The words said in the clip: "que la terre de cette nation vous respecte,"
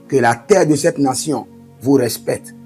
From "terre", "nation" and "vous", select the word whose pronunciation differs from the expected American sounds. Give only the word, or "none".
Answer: nation